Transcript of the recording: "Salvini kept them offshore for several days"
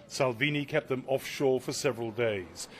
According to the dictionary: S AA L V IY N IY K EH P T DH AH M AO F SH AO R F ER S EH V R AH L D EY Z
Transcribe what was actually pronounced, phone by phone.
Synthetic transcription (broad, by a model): S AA L V IY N IY K EH P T DH AH M AO F SH AO R F ER S EH V R AH L D EY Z